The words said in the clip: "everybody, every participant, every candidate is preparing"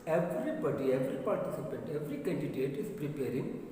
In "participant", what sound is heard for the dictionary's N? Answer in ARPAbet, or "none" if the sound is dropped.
N